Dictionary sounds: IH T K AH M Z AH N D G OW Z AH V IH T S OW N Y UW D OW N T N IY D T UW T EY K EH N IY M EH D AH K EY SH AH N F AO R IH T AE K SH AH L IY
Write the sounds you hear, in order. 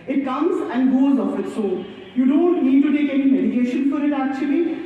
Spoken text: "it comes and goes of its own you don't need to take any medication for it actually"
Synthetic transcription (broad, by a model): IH T K AH M Z AH N D G OW Z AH F IH T S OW L Y UW D OW N T N IY D T UW T EY K EH N IY M EH D AH K EY SH AH N F AO R IH T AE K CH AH L IY